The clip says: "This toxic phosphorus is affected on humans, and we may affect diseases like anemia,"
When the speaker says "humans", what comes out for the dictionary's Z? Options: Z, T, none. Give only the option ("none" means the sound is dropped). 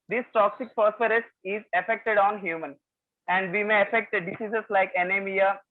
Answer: none